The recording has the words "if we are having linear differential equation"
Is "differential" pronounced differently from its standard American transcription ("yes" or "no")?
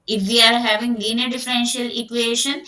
no